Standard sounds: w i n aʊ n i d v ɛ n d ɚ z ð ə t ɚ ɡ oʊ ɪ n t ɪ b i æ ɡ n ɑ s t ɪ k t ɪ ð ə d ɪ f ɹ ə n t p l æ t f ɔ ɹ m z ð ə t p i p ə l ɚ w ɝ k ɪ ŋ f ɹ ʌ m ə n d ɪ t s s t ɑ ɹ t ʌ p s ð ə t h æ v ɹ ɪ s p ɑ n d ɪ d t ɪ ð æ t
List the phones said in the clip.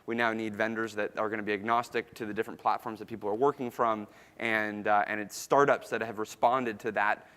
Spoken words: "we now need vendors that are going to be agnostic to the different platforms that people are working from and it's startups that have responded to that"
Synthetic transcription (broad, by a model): w i n aʊ n i d v ɛ n d ɚ z ð ə t ɚ ɡ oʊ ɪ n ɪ b i æ ɡ n ɑ s t ɪ k t ɪ ð ə d ɪ f ɹ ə n p l æ t f ɔ ɹ m z ð ə t p i p l ɚ w ɝ k ɪ ŋ f ɹ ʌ m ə n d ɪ t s s t ɑ ɹ t ʌ p s ð ə t h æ v ɹ ɪ s p ɑ n d ɪ d t ɪ ð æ t